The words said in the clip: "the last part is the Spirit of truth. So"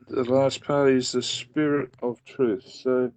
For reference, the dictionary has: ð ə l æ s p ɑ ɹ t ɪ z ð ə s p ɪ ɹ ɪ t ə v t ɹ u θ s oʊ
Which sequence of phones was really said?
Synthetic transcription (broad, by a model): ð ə l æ s p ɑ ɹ t ɪ z ð ə s p ɪ ɹ ɪ t ə v t ɹ u θ s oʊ